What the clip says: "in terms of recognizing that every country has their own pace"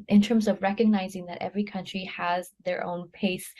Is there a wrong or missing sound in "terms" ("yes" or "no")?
no